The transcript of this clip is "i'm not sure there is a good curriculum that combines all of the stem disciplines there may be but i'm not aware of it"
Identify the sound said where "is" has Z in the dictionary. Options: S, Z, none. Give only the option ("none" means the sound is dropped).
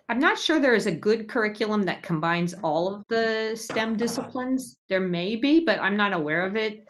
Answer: Z